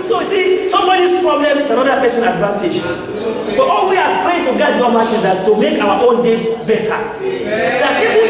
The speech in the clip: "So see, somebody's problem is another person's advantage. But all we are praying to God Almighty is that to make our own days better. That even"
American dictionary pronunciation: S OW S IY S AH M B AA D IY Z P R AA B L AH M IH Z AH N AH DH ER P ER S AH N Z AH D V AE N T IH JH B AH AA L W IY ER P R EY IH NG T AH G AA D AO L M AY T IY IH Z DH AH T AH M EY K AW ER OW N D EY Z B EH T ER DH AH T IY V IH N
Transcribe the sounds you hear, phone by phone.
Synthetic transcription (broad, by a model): S OW S IY S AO M B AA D IY S P R AA B L AH M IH S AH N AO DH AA P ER S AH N AH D V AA N T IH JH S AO AA L W IY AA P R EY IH T AH G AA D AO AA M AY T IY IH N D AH T AH M EY K AW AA OW N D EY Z B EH T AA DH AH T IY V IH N